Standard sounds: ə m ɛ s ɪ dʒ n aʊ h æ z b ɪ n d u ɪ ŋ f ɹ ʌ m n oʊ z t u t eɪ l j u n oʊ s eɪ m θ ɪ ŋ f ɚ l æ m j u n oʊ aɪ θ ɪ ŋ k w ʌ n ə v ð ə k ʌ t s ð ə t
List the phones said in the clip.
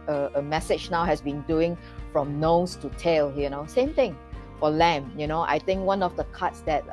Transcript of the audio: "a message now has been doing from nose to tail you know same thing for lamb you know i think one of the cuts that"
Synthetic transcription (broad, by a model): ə m ɛ s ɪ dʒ n aʊ h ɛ s b ɪ n d u ɪ ŋ f ɹ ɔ m n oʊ s t u t eɪ l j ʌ n oʊ s eɪ m t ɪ ŋ f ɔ l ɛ m j u n oʊ aɪ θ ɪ ŋ k w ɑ n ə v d ə k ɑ t s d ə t